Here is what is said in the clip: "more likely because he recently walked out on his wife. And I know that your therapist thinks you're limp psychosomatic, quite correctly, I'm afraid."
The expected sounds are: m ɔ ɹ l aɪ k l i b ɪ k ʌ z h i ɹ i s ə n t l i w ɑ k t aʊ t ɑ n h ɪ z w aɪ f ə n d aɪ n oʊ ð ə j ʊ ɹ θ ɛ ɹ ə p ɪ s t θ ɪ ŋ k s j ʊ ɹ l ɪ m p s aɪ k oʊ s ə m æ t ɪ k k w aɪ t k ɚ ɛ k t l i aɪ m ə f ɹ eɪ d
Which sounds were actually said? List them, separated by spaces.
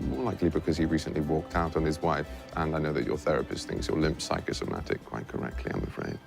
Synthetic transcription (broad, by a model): m ɔ ɹ l aɪ k l i b ɪ k ʌ z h i ɹ i s ə n t l i w ɑ k t aʊ t n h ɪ z w aɪ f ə n aɪ n oʊ ð ə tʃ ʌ ɹ θ ɛ ɹ ə p ɪ s t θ ɪ ŋ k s j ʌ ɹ l ɪ m p s aɪ k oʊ s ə m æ t ɪ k k w aɪ t k ɚ ɛ k t l i aɪ m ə f ɹ eɪ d